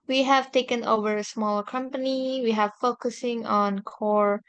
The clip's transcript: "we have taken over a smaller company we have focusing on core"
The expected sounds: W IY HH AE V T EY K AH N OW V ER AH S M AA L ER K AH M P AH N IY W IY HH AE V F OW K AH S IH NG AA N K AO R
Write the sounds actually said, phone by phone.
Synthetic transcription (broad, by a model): W IY HH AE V T EY K AH N OW V ER AH S M AA L ER K AH M P AH N IY W IY HH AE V F OW K AH S IH NG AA N K AO R